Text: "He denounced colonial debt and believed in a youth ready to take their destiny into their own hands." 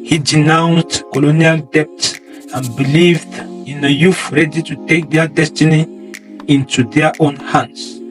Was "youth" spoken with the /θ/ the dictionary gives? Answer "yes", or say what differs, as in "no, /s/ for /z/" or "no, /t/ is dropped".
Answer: no, /f/ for /θ/